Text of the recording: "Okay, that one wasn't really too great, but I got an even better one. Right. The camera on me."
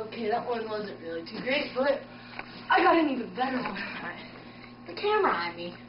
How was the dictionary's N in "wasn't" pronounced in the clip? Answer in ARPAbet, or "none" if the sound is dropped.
N